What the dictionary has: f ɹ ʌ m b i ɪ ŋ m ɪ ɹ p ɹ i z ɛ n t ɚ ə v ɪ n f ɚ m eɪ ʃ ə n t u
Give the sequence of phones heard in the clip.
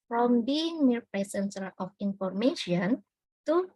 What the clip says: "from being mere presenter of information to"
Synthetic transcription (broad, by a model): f ɹ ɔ m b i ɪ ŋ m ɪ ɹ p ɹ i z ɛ n s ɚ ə f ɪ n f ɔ m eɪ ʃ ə n t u